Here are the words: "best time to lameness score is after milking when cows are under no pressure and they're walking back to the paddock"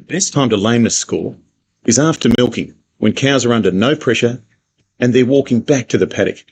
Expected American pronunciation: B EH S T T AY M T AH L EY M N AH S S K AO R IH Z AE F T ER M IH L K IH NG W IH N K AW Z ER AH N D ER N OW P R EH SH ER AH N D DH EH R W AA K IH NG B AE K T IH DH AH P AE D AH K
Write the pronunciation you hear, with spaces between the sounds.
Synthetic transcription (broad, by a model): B EH S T T AY M T AH L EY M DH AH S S K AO L IH Z AE F T ER M IH L K IH NG W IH N K AW Z ER AH N D ER N OW P R EH SH ER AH N DH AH R W AA K IH NG B AE K T IH DH AH P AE D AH K